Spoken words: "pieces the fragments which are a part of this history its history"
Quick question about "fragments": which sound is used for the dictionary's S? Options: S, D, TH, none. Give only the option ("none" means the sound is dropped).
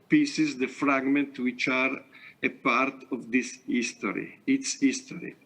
none